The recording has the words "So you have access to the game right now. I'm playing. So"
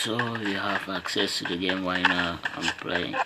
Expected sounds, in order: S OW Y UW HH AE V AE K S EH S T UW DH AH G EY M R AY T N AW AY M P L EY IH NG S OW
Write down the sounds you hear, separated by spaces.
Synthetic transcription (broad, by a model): S OW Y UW HH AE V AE K S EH S T UW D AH G EY M W AY N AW AY M P L EY IH NG